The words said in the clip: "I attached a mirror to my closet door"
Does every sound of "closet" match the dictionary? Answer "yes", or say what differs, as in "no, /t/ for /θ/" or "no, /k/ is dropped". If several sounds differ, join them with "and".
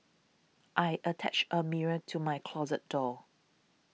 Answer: yes